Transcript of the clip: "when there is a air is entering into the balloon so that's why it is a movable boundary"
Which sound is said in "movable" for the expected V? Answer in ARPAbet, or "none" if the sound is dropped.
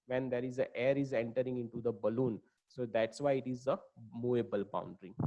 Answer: none